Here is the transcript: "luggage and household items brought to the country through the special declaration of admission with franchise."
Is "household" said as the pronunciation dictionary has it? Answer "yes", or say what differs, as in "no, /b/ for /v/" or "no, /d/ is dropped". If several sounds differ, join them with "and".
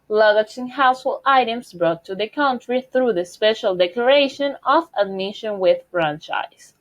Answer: no, /d/ is dropped